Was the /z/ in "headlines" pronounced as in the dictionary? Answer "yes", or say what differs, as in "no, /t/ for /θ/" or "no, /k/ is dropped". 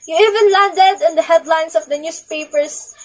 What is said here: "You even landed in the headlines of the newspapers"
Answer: no, /s/ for /z/